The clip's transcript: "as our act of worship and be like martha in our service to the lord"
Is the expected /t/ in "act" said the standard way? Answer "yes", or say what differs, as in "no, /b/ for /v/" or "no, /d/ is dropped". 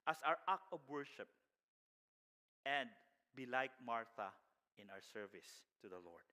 no, /t/ is dropped